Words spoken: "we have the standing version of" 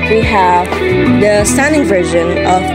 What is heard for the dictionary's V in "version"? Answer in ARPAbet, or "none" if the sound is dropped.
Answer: V